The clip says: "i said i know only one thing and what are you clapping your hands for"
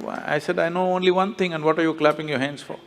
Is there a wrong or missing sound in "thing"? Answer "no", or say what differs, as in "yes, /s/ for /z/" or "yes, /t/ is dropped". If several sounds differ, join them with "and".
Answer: yes, /t/ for /θ/